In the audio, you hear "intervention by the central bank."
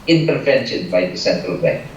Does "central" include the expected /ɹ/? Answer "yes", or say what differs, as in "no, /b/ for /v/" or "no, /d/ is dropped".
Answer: yes